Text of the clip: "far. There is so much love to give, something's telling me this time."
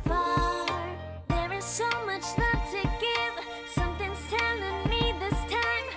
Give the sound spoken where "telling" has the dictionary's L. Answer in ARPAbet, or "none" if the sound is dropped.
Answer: N